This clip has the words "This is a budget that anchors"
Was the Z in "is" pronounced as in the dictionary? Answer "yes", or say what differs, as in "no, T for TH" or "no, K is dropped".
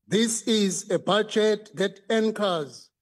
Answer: yes